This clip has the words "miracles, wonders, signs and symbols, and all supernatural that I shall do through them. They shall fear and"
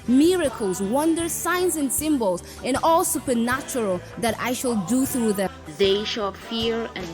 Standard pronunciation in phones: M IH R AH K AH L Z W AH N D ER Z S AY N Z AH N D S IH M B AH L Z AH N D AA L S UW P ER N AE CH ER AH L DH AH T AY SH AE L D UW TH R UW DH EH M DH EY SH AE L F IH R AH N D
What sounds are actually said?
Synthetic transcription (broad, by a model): M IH R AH K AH L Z W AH N D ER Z S AY N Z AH N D S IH M B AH L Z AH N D AA L S UW P ER N AE CH ER AH L DH AH T AY SH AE L D UW TH R UW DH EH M DH EY SH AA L F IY R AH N